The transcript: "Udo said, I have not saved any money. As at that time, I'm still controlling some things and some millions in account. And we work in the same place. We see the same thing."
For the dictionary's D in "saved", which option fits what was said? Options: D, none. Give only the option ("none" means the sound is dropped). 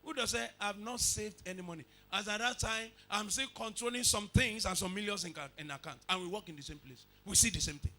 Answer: D